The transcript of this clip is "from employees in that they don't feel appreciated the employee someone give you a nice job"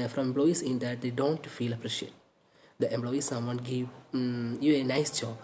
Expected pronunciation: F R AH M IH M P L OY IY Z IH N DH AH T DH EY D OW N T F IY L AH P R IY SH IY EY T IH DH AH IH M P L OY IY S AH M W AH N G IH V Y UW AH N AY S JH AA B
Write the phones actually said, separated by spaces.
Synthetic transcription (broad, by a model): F R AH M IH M B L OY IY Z IH N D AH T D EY D OW N T F IY L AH P R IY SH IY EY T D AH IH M B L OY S S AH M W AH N G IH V Y UW AH N AY S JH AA